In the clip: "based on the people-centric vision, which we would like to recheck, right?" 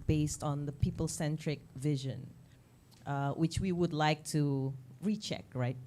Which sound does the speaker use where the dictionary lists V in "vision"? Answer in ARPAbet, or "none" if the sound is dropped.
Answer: V